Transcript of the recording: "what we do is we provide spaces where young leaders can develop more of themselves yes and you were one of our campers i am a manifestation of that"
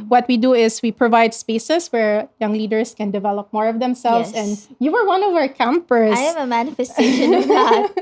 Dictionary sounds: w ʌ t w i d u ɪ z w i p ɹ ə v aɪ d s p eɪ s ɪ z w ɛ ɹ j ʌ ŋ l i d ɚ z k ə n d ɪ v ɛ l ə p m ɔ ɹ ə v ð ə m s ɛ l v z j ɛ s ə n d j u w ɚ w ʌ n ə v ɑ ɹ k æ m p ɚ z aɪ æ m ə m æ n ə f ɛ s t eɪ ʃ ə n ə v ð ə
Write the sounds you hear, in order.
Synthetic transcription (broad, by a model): w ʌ t w i d u ɪ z w i p ɹ ə v aɪ d s p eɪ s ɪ s w ɛ ɹ j ʌ ŋ l i d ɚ s k ə n d ɪ v ɛ l ə p m ɔ ɹ ə v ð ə m s ɛ l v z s ə n d j u w ɚ w ʌ n ə v ɑ ɹ k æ m p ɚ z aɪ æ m ə m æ n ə f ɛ s t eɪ ə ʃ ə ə